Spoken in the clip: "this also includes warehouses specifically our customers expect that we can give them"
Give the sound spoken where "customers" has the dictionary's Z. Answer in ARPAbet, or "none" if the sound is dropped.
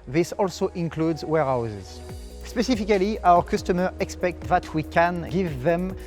none